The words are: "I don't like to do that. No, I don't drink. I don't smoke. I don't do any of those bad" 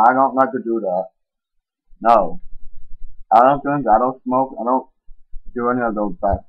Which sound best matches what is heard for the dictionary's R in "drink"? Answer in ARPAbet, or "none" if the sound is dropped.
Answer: none